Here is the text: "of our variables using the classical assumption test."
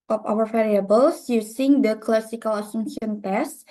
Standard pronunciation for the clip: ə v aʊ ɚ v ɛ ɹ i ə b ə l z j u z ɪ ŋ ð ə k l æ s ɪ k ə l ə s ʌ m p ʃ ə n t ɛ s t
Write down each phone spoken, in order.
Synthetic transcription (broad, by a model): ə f aʊ ɚ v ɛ ɹ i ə b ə l s j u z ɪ ŋ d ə k l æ s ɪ k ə l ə s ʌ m ʃ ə n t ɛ s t